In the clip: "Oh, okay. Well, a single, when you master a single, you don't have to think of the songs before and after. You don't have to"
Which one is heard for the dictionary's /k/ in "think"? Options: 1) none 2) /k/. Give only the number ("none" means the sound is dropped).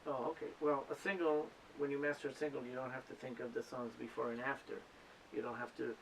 2